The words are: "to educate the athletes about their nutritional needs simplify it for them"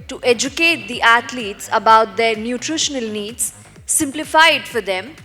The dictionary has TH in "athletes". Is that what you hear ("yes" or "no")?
no